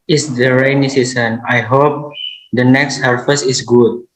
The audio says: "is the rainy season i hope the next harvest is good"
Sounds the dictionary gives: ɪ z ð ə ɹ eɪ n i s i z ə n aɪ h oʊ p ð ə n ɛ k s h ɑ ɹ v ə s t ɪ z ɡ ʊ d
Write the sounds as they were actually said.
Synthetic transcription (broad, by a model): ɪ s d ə ɹ eɪ n i s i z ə n aɪ h oʊ p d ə n ɛ k s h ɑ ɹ f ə s ɪ s ɡ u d